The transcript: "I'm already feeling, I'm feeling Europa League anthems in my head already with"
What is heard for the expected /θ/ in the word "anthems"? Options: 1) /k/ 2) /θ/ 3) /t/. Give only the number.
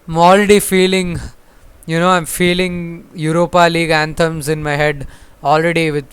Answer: 3